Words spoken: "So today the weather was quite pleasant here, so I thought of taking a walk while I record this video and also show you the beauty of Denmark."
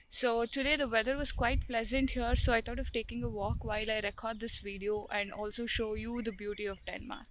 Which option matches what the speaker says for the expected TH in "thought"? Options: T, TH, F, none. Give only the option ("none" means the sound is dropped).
T